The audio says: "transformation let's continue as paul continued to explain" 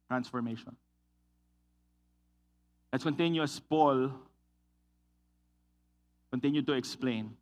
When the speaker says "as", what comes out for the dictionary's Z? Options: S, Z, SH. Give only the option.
S